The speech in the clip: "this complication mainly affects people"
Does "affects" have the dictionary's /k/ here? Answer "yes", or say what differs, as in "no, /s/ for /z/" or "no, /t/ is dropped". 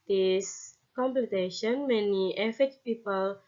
no, /k/ is dropped